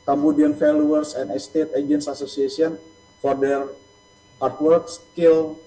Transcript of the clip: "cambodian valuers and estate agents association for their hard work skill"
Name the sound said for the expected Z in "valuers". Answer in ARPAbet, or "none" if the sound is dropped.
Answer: S